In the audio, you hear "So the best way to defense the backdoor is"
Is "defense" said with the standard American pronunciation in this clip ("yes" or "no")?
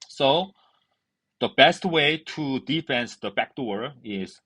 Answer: yes